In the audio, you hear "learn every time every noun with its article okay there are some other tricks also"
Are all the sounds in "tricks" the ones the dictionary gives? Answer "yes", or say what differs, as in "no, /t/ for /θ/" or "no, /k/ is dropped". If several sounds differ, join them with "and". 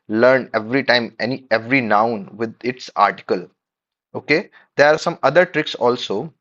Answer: yes